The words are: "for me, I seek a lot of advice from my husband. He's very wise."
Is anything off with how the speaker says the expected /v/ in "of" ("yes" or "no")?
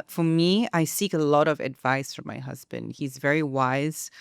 no